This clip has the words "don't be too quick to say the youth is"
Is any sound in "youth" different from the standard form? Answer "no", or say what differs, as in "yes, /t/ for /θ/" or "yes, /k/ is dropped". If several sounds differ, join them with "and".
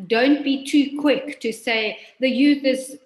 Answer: no